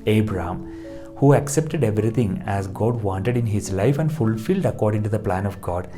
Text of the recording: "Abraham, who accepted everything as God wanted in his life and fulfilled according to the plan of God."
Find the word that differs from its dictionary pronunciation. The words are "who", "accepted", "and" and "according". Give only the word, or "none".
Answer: none